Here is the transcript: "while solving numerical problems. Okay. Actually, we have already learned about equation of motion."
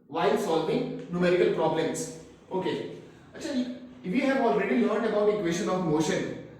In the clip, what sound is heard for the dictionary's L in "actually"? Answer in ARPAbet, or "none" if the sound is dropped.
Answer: none